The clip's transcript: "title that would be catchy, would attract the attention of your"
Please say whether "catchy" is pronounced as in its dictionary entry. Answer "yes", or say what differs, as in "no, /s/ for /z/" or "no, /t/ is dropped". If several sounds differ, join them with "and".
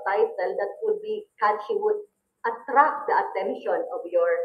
no, /ʃ/ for /tʃ/